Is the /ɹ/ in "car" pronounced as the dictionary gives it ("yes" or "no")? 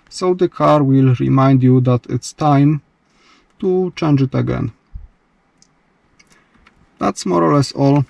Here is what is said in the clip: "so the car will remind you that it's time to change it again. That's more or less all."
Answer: yes